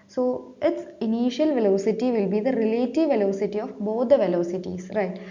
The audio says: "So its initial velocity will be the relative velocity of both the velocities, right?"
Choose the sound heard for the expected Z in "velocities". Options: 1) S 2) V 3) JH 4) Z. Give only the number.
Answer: 1